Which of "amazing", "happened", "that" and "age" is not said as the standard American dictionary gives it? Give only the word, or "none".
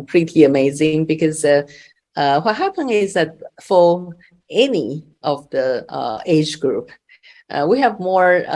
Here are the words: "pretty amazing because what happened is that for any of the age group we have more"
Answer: happened